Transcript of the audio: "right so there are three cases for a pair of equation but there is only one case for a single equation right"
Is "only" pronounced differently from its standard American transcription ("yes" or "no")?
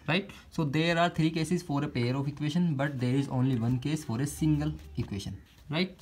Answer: no